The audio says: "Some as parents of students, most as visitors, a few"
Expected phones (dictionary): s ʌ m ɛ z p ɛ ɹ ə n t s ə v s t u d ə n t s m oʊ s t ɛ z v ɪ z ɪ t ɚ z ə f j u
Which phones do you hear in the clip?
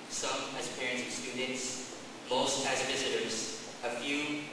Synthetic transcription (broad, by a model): s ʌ m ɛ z p ɛ ɹ ə n t s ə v s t u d n t s m oʊ s t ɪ z v ɪ z ɪ t ɚ z ə f j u